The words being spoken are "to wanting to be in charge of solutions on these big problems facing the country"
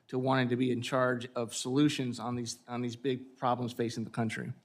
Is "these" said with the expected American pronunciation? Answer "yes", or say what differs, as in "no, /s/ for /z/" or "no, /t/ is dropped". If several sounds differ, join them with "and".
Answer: yes